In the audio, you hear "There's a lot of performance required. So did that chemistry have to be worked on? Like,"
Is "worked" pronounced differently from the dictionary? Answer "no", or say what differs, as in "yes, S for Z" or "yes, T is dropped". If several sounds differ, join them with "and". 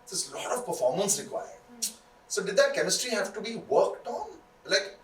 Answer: no